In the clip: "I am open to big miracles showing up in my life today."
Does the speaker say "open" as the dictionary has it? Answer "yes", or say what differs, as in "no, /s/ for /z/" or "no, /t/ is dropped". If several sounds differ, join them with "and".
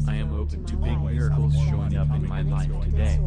yes